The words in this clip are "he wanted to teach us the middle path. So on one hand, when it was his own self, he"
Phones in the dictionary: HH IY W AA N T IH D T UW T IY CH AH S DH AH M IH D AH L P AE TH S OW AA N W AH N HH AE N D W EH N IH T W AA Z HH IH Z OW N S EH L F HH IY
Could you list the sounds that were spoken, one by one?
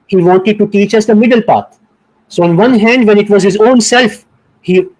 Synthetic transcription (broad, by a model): HH IY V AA N T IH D T UW T IY CH AH S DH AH M IH D AH L P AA T S OW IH N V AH N HH AE N D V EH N IH T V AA Z HH IH Z OW N S EH L F HH IY